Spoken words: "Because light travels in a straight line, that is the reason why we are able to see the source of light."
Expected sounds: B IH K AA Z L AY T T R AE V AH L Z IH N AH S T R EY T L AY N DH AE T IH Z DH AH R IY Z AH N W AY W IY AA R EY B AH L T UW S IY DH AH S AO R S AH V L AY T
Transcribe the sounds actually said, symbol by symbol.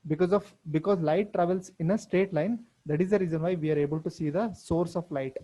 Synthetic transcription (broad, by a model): B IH K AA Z L AY T T R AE V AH L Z IH N AH S T EY T L AY N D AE T IH Z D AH R IY Z AH N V AY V IY AA R EY B AH L T UW S IY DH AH S AO R S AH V L AY T